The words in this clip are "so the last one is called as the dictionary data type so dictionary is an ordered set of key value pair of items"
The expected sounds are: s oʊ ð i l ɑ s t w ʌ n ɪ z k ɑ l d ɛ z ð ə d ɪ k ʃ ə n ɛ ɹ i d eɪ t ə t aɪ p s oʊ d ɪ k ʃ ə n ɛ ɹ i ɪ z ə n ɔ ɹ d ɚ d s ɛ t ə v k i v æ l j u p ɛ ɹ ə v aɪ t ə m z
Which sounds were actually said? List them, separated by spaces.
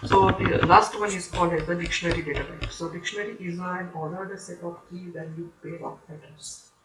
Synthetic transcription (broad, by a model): s oʊ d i l ɑ s t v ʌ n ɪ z k ɑ l d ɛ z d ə d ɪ k ʃ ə n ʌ ɹ i d eɪ t ə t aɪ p s oʊ d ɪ k ʃ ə n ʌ ɹ i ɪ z ə n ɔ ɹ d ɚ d s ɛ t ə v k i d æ n j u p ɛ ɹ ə p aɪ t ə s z